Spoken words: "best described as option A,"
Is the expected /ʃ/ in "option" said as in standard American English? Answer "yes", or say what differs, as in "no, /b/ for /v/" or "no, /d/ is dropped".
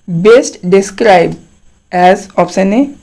no, /s/ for /ʃ/